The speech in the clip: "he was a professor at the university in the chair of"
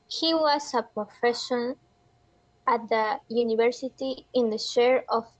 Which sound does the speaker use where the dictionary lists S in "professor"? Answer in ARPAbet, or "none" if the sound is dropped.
SH